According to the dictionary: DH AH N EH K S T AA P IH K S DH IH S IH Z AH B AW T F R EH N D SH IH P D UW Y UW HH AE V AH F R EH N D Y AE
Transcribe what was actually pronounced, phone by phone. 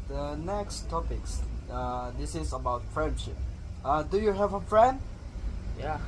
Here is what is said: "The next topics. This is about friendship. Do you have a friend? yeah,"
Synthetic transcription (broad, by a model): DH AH N EH K S T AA P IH K S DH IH S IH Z AH B AW T F R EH N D SH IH P D UW Y UW HH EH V AH F R EH N D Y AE